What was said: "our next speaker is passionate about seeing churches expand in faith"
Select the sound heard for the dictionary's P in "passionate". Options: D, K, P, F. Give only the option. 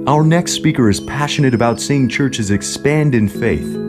P